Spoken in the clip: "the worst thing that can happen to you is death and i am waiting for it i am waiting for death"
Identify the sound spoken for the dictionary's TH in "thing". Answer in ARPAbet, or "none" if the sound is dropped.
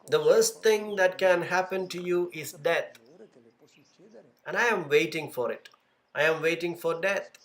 T